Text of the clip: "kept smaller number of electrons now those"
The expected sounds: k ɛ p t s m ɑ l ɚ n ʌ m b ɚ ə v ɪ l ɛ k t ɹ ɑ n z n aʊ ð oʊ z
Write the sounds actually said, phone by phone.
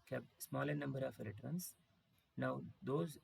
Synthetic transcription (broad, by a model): k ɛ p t s m ɑ l ɚ n ʌ m b ɚ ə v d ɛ t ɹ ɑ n s n aʊ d oʊ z